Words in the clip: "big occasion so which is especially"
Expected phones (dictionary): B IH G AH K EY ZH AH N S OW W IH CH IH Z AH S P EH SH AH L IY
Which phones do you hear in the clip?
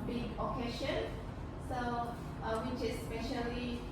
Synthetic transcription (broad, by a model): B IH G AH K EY SH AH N S OW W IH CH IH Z S P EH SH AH L IY